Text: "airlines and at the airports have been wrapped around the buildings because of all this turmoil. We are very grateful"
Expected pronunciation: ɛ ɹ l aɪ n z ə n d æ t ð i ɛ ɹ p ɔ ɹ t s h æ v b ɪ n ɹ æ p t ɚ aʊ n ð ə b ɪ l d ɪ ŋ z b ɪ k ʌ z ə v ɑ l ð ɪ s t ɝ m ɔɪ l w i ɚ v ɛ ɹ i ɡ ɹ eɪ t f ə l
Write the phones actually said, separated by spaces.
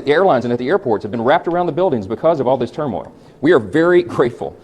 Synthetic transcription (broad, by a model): ɛ ɹ l aɪ n z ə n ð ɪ t ð i ɛ ɹ p ɔ ɹ t s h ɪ v b ɪ n ɹ æ p t ɚ aʊ n ð ə b ɪ l d ɪ ŋ z b ɪ k ʌ z ə v ɑ l ð ɪ s t ɝ m ɔɪ l w i ɚ v ɛ ɹ i ɡ ɹ eɪ t f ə l